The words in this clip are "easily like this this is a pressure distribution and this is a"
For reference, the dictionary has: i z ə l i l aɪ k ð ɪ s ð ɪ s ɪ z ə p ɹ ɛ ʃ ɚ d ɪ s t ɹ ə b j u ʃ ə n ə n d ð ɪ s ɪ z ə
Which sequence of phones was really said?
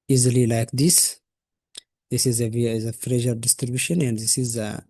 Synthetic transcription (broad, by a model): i z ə l i l aɪ k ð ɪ s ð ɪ s ɪ z ə f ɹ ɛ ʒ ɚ d ɪ s t ɹ ə b j u ʃ ə n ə n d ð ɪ s ɪ z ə